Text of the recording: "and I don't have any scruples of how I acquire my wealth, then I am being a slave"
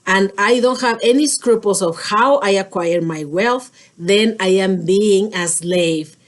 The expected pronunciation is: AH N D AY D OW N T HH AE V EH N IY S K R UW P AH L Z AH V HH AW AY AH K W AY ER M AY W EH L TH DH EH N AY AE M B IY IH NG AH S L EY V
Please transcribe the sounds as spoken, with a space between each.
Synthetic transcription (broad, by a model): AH N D AY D OW N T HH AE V EH N IY S K R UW P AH L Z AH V HH AW AY AH K W AY ER M AY W EH L TH DH EH N AY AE M B IY IH NG AH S L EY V